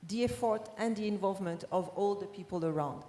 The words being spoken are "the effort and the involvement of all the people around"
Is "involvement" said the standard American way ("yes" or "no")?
yes